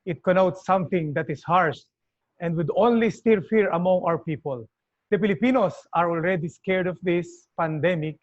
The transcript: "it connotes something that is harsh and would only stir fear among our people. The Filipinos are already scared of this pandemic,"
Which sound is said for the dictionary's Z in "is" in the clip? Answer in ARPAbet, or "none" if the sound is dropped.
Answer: S